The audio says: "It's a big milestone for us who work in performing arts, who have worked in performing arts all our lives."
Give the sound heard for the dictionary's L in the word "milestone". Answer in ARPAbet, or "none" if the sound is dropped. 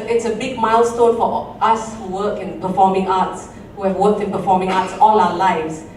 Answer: L